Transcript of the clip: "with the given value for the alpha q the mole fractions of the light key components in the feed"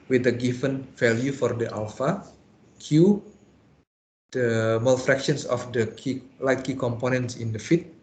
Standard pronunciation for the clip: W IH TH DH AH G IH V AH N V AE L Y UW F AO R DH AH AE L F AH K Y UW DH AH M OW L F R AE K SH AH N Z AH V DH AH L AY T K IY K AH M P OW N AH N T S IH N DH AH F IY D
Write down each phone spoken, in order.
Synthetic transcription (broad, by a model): W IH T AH G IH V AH N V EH L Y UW F AO R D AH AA L F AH K Y UW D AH M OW L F R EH K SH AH N S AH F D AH L AY T K IY K AH M P OW N AH N T S IH N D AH F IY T